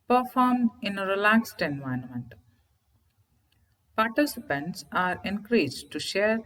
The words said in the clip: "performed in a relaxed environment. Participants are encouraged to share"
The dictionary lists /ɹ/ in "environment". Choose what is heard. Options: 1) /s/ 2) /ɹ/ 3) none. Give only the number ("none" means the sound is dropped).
3